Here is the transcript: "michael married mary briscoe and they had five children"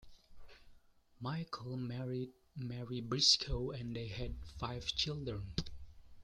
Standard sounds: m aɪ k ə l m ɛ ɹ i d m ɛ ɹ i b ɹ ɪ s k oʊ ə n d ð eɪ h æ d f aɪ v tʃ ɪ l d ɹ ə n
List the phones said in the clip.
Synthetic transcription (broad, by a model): m aɪ k ə l m ɛ ɹ i d m ɛ ɹ i b ɹ ɪ s k oʊ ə n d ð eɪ h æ d f aɪ v tʃ ɪ l d ɹ ə n